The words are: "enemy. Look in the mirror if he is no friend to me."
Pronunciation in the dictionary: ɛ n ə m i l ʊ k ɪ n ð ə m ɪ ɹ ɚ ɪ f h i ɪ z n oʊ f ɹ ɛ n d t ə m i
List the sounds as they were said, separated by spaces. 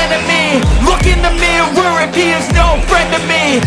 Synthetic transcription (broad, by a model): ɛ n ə m i l ʊ k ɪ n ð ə m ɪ w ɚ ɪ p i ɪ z n oʊ f ɹ ɛ n d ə m i